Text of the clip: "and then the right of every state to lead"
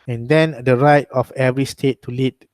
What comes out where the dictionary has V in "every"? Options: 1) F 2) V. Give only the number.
2